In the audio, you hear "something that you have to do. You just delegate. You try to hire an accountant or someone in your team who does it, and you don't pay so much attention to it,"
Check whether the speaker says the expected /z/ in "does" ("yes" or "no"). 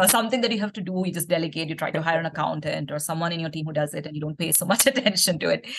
yes